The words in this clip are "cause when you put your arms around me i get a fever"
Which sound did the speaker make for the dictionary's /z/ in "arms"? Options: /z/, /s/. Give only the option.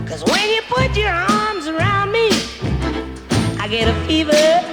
/z/